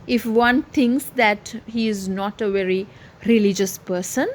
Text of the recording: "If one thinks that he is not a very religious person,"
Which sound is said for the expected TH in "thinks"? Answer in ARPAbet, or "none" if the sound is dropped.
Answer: T